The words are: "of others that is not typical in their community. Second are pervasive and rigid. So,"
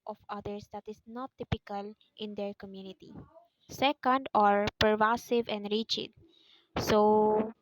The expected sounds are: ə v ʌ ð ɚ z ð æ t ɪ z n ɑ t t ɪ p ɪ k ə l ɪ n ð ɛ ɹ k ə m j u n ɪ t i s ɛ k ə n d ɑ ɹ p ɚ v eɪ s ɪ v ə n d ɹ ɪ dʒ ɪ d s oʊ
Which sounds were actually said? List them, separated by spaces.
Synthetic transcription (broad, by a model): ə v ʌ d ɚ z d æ t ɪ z n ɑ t t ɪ p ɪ k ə l ɪ n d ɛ ɹ k ə m j u n ɪ t i s ɛ k ə n d ɑ ɹ p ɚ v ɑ s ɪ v ə n d ɹ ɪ tʃ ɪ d s oʊ